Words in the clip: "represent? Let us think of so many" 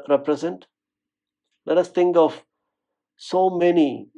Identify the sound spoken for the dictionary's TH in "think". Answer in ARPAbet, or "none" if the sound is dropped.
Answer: T